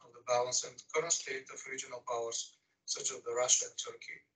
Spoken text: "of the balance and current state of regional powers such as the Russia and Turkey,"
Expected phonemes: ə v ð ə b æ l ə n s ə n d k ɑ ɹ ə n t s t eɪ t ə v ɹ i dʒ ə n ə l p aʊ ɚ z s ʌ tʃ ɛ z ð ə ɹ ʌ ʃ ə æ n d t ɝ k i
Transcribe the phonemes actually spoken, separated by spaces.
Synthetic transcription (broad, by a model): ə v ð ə b æ l ə n s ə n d k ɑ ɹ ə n s t eɪ t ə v ɹ i dʒ ə n ə l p aʊ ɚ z s ʌ tʃ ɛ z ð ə ɹ ʌ ʃ ə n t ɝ k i